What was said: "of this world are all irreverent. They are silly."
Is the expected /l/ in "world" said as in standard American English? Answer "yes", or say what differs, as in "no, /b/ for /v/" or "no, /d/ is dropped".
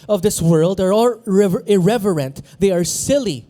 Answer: yes